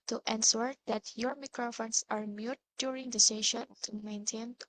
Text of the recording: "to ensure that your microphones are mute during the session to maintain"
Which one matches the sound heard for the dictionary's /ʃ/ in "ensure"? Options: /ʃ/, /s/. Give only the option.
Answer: /s/